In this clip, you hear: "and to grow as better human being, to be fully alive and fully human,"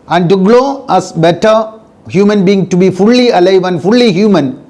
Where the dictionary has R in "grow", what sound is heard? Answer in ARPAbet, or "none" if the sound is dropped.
L